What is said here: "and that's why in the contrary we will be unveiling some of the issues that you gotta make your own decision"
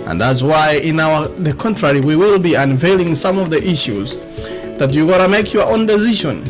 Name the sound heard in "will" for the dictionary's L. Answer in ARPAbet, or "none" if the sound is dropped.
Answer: L